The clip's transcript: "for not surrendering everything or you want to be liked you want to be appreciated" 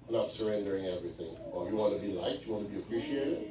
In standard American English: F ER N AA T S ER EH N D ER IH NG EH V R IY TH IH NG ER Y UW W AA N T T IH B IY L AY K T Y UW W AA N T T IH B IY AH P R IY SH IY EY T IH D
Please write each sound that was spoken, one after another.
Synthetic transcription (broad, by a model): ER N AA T S ER EH N D ER IH NG EH V R IY TH IH NG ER Y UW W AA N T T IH B IY L AY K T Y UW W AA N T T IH B IY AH P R IY SH IY EY T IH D